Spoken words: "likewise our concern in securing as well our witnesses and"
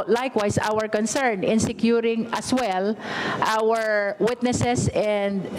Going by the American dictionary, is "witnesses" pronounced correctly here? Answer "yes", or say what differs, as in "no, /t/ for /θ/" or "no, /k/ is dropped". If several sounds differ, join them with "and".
no, /s/ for /z/